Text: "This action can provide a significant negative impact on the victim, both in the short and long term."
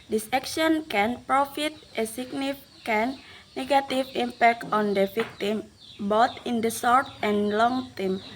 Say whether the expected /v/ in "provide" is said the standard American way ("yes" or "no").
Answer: no